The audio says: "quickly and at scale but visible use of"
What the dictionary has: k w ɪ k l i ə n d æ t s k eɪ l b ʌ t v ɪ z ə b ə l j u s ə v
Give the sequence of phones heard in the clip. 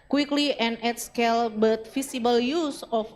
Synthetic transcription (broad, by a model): k w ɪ k l i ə n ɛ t s k eɪ l b ʌ t f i s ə b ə l j u s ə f